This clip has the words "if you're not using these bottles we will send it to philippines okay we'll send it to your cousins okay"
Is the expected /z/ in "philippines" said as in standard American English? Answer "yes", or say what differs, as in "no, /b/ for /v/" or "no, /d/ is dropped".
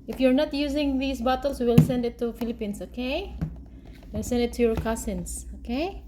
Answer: no, /s/ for /z/